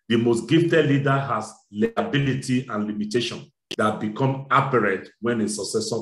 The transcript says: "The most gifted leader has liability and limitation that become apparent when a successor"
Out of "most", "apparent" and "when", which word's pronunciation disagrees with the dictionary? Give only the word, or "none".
apparent